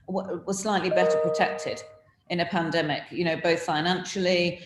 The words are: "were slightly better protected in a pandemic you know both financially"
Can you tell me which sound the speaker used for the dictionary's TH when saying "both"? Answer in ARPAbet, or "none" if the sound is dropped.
TH